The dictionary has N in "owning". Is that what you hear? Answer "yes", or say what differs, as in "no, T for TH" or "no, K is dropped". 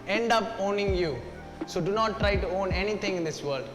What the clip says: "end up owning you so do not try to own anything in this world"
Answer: yes